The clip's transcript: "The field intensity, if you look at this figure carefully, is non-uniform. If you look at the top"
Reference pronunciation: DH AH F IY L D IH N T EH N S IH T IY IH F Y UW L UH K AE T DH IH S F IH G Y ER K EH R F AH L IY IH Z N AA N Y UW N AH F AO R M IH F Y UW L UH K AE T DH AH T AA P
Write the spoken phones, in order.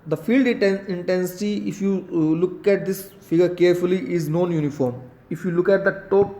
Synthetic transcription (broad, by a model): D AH F IY L D IH N T EH N S IH T IY IH F Y UW L UH K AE T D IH S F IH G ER K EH R F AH L IY IH Z N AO N Y UW N AH F AO R M IH F Y UW L UH K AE T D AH T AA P